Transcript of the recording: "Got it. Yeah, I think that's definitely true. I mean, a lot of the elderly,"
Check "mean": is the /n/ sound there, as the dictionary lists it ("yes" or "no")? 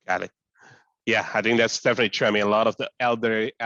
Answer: no